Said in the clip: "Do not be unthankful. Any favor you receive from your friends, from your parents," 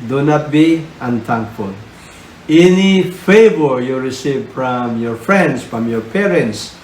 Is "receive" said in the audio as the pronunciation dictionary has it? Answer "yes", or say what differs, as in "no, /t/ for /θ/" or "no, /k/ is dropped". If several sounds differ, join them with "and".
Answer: yes